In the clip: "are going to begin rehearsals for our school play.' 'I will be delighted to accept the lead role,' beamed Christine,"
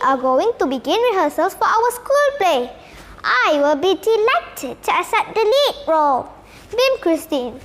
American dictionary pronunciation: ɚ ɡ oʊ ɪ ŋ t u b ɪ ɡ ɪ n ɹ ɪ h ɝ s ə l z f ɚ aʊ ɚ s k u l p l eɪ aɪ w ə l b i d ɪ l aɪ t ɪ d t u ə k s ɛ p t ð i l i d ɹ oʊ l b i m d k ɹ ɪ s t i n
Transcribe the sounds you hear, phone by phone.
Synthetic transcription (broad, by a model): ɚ ɡ oʊ ɪ ŋ t u b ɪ ɡ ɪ n w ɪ h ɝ s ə l s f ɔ aʊ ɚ s k u l p l eɪ aɪ w ə l b i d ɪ l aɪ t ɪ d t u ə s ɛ t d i l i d ɹ oʊ l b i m k ɹ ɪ s t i n